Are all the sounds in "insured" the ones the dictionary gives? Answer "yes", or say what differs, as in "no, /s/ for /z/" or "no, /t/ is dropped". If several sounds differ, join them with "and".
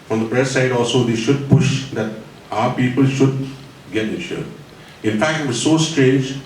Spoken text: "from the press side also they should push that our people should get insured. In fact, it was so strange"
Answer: no, /n/ is dropped